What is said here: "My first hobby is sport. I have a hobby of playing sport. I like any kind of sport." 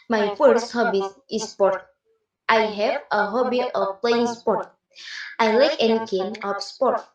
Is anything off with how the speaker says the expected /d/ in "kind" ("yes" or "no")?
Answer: yes